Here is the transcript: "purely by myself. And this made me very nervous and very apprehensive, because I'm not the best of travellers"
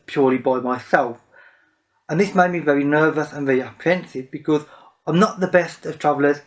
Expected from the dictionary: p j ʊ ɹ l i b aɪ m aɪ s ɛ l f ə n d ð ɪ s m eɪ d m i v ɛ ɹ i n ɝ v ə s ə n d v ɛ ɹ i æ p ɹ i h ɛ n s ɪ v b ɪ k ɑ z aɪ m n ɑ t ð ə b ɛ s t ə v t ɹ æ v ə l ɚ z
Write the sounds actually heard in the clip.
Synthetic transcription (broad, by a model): p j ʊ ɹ l i b aɪ m aɪ s ɛ l f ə n ð ɪ s m eɪ d m i v ɛ ɹ i n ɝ v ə s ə n v ɛ ɹ i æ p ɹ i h ɛ n s ɪ v b ɪ k ɑ z aɪ m n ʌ t ð ə b ɛ s t ə v t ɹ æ v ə l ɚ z